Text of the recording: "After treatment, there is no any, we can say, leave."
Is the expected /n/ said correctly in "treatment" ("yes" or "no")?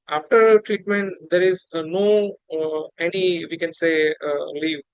yes